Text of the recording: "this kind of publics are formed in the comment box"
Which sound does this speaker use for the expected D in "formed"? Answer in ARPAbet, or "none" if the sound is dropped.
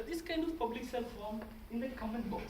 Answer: none